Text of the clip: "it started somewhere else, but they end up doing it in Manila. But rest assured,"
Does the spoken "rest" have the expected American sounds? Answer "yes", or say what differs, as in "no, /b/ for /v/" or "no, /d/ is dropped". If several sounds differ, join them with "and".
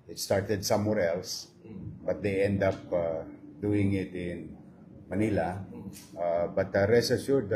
no, /t/ is dropped